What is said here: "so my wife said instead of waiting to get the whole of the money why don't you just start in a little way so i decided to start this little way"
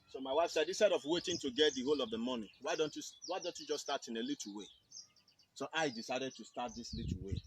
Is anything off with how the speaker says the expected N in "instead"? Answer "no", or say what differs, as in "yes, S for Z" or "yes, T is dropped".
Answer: yes, N is dropped